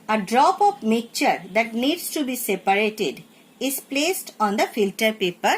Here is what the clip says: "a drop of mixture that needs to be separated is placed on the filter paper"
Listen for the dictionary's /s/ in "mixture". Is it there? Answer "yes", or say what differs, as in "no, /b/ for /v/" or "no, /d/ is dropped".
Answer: no, /s/ is dropped